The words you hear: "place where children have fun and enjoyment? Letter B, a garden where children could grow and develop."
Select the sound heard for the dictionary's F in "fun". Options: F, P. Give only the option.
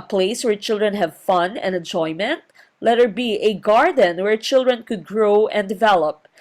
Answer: F